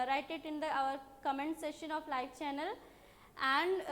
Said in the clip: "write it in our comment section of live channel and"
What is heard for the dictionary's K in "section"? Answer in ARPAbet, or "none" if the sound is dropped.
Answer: none